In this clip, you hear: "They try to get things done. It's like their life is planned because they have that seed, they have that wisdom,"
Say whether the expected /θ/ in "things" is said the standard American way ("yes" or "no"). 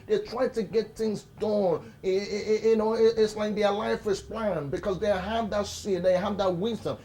yes